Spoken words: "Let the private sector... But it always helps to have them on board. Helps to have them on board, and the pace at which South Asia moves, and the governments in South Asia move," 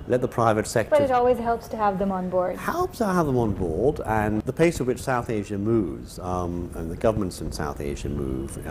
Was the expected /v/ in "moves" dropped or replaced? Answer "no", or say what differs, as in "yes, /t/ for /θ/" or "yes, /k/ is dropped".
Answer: no